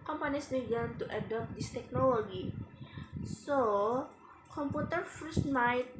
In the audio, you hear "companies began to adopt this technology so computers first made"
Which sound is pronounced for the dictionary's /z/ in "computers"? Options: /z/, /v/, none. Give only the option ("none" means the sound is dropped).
none